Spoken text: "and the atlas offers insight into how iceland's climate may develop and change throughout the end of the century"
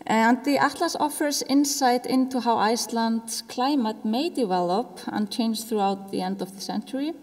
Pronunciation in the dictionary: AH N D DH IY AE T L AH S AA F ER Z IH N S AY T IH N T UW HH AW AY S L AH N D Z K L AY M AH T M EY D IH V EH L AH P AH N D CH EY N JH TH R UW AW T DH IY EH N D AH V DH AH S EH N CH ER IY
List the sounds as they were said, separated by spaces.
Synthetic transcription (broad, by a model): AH N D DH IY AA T L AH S AA F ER S IH N S AY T IH N T UW HH AW AY S L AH N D S K L AY M AH T M EY D IH V EH L AH P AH N CH EY N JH TH R UW AW T DH IY EH N D AH V DH AH S EH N CH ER IY